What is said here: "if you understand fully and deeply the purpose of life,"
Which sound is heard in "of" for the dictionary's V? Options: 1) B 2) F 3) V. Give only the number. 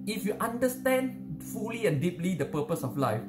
2